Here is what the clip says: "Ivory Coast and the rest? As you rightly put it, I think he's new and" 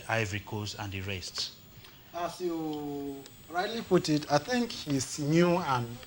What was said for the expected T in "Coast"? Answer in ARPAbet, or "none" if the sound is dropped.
none